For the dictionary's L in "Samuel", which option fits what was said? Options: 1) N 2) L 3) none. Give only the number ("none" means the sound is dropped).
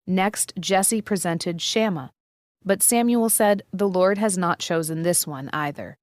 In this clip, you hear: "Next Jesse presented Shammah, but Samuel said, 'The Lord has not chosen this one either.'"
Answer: 2